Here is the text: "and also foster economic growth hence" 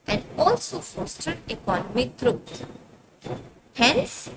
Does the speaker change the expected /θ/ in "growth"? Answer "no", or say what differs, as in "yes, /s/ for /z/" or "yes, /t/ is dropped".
yes, /t/ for /θ/